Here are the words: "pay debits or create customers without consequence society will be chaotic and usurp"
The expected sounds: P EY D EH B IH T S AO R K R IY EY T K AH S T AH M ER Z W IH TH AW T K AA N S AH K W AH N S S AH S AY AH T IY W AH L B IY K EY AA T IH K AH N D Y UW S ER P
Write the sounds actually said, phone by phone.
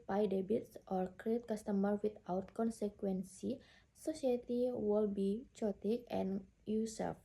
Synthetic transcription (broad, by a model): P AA D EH B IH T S AO R K R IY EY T K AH S T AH M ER W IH T AW T K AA N S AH K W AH N S S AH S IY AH T IY W AH L B IY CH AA T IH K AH N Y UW S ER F